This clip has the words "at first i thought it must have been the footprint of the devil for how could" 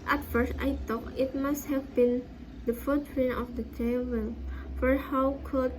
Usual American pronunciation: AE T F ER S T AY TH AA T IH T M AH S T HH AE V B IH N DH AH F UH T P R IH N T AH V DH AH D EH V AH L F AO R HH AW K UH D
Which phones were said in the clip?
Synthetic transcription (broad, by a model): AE T F ER S T AY T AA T IH T M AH S T HH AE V B IH N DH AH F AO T R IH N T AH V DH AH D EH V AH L F AO R HH AW K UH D